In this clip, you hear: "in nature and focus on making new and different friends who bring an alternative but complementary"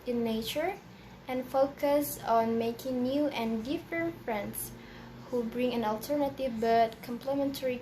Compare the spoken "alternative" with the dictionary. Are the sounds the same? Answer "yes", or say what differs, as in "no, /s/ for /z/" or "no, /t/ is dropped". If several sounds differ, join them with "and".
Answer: yes